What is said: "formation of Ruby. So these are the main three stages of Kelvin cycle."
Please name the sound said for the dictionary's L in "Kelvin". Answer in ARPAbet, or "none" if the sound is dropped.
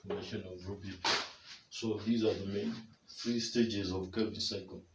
none